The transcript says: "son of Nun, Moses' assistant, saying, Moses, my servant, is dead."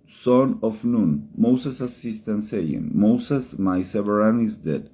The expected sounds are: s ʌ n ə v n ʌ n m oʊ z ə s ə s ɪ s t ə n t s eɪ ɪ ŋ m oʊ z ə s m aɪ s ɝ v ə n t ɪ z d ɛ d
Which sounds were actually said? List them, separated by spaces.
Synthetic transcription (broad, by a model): s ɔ n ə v n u n m oʊ s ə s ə s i s t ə n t s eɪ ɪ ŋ m oʊ s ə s m aɪ s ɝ ə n ɪ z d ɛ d